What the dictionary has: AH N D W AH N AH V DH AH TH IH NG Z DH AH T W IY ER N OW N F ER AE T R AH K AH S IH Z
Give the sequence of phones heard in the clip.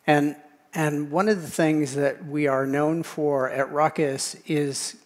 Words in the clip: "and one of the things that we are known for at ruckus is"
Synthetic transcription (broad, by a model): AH N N W AH N AH V DH AH TH IH NG Z DH AH T W IY ER N OW N F ER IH T R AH K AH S IH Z